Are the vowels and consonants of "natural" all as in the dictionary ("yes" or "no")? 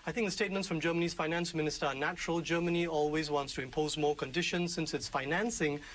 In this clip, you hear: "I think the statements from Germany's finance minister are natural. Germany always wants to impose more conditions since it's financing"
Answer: yes